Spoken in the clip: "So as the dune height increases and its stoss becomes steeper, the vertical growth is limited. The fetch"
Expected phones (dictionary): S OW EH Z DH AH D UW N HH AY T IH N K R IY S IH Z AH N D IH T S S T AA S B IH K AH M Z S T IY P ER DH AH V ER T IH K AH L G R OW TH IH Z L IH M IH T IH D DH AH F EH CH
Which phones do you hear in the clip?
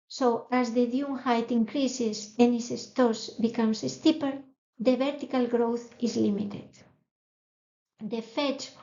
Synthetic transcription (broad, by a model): S OW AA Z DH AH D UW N HH AY T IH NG K R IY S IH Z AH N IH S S T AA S B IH K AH M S S T IY P ER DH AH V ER T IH K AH L G R OW TH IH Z L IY M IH T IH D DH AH F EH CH